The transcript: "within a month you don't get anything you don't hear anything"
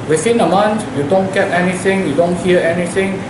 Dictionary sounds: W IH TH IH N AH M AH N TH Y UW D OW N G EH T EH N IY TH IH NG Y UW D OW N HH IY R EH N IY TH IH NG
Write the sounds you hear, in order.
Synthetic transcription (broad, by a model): W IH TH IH N AH M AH N T Y UW D OW N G EH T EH N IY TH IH NG Y UW D OW N HH IY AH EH N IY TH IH NG